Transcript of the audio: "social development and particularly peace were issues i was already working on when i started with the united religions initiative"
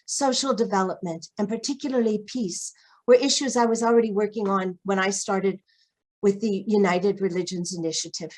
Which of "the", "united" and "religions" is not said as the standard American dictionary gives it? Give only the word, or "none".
none